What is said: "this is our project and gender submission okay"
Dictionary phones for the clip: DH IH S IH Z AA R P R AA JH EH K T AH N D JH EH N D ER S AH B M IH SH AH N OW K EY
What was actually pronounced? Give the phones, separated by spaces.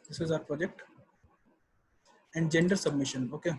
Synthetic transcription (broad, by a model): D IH S IH Z AA R P R AA JH EH K T AH N D JH EH N D ER S AH B M IH SH AH N OW K EY